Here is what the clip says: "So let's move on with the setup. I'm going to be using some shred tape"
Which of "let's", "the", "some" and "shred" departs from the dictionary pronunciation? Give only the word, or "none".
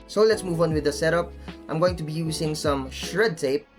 none